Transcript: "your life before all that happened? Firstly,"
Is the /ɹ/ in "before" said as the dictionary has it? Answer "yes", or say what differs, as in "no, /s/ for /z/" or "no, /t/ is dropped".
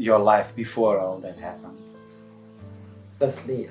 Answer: yes